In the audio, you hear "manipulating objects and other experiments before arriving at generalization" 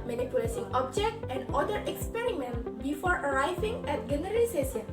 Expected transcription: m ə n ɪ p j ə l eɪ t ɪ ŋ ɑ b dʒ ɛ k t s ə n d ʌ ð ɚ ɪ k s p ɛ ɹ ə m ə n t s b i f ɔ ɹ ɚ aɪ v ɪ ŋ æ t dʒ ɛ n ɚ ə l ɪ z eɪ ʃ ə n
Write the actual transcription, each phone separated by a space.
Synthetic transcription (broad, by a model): m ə n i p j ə l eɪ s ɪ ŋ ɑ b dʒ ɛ k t ə n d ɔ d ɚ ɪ k s p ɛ ɹ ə m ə n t b i f ɔ ɹ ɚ aɪ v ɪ ŋ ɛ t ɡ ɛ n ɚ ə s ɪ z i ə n